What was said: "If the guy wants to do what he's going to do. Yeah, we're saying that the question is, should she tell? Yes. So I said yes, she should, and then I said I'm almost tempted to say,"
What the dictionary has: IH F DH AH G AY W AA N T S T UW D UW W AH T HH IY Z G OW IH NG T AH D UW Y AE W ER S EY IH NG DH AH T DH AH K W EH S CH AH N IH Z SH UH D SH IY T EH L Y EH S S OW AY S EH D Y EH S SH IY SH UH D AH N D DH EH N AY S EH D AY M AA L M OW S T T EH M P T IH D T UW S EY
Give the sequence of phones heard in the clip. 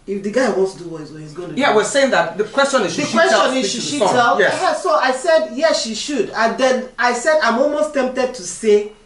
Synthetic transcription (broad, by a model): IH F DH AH G AY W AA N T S T UW D UW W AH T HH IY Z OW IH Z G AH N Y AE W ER S EY IH NG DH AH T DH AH K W EH S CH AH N IH Z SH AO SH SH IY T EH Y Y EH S S OW AY S EH D Y EH S SH IY SH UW D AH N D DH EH N AY S EH D AY M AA L M OW S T T EH M P T IH D T UW S EY